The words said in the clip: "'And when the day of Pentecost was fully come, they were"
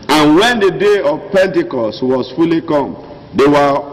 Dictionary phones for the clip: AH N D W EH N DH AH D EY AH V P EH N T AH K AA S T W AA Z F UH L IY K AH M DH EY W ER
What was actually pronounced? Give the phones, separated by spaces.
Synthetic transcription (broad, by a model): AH N W EH N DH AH D EY AH V P EH N T AH K AA S T W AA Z F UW L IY K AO M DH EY W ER